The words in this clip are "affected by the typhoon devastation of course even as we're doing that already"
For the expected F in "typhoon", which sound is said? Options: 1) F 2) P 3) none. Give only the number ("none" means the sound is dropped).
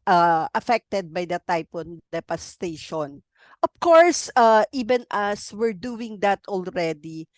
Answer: 2